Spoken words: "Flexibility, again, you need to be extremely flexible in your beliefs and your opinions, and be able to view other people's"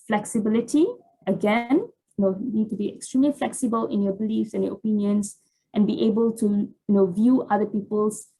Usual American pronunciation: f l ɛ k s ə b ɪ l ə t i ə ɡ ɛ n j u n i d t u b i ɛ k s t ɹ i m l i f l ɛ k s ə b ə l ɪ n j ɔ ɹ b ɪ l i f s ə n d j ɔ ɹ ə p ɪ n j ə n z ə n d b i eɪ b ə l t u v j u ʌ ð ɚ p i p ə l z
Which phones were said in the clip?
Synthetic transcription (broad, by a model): f l ɛ k s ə b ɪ l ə t i ə ɡ ɛ n j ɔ n i d t u b i ɛ k s t ɹ i m l i f l ɛ k s ə b ə l ɪ n j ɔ b ɪ l i f s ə n j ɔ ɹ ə p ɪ n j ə n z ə n b i eɪ b ə l t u v j u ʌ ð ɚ p i p ə l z